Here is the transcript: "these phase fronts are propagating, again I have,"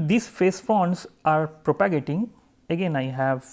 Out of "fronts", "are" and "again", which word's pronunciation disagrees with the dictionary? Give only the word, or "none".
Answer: fronts